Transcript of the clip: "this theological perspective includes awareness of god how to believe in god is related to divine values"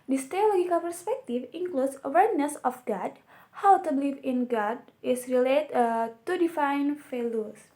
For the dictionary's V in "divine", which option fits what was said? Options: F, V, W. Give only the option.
F